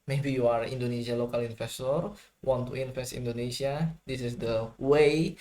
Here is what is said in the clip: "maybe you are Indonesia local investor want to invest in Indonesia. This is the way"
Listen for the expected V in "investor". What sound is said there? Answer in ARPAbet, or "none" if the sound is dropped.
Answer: F